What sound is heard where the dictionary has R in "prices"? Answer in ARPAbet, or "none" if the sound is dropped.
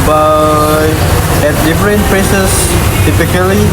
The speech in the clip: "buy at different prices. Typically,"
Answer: L